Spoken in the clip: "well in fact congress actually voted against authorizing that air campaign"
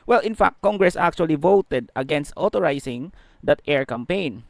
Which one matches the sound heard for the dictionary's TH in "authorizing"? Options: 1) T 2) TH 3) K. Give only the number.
1